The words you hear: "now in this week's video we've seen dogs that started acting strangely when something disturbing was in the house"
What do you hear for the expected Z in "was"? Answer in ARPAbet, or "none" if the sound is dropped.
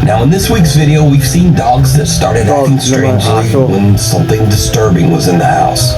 Z